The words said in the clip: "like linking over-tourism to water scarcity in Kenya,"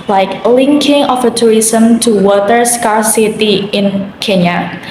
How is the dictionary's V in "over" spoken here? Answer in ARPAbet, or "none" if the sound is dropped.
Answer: F